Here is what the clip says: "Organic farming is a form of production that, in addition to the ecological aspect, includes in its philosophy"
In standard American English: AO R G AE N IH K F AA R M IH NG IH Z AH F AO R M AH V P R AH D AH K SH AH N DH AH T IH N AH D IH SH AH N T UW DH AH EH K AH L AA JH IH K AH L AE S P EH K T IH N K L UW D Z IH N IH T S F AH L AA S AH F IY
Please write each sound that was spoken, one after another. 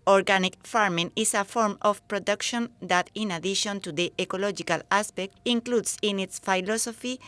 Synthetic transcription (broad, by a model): AO R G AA N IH K F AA R M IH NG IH S AH F AO R M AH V P R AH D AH K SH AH N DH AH T IH N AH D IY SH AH N T UW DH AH EH K AH L AA JH IH K AH L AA S P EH K T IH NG K L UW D S IH N IH T S F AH L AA S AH F IY